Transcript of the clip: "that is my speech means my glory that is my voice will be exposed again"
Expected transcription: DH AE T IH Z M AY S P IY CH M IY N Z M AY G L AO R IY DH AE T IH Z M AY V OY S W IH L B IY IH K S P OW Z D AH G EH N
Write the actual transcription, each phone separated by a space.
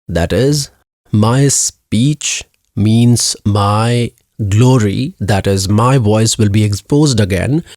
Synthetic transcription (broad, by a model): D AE T IH Z M AY S P IY CH M IY N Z M AY G L AO R IY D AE T IH Z M AY V OY S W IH L B IY IH K S P OW Z D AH G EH N